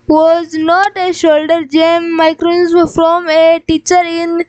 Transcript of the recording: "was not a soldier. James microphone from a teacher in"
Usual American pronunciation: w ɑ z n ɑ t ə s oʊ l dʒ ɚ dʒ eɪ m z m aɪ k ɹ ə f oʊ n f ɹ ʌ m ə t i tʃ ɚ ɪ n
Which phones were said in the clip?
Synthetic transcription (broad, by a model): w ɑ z n ɑ t ə ʃ oʊ l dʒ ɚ dʒ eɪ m m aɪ k ɹ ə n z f ɹ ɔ m ə t i tʃ ɚ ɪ n